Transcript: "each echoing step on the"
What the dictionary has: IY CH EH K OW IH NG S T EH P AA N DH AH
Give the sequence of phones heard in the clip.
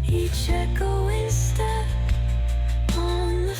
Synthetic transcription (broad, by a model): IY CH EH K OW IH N S T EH AA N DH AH